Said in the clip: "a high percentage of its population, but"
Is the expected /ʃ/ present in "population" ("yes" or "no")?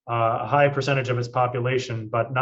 yes